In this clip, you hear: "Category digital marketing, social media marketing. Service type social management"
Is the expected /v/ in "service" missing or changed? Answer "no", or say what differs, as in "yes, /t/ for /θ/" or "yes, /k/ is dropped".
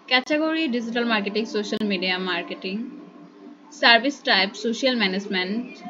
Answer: yes, /b/ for /v/